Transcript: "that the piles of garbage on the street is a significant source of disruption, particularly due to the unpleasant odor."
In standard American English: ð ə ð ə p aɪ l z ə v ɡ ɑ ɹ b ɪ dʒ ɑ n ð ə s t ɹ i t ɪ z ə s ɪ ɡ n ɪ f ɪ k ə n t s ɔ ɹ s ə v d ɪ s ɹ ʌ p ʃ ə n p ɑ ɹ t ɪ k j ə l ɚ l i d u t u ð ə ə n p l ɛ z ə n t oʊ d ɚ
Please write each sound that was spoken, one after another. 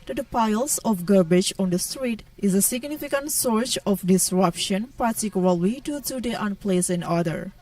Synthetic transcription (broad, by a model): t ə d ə p aɪ l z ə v ɡ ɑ ɹ b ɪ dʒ ɑ n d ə s t ɹ i t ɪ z ə s ɪ ɡ n ɪ f ɪ k ə n t s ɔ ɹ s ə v d ɪ s ɹ ʌ p ʃ ə n p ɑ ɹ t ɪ k j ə l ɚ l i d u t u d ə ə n p l ɛ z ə n oʊ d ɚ